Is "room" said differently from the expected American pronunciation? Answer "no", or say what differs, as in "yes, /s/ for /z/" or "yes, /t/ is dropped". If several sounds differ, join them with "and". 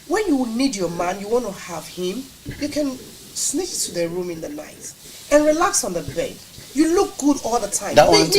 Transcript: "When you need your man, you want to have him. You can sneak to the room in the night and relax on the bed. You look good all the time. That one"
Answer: no